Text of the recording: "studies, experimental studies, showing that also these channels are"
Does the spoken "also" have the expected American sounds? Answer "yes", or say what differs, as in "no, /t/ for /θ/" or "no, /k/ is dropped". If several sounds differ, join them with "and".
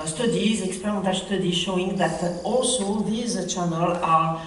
yes